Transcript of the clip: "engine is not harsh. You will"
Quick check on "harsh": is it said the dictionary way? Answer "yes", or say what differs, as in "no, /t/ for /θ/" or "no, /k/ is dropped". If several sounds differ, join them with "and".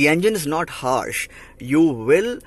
yes